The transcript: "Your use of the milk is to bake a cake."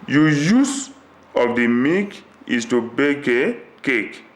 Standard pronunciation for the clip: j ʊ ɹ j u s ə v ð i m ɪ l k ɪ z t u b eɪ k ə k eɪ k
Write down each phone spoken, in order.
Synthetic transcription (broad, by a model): j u j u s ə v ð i m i k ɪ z t u b eɪ k ə k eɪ k